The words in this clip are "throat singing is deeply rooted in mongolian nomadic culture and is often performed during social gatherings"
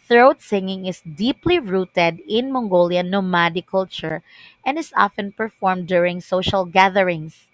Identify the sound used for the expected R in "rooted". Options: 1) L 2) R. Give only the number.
2